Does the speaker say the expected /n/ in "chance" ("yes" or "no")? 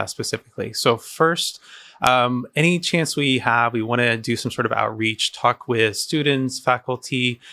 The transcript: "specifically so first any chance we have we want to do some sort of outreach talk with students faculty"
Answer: yes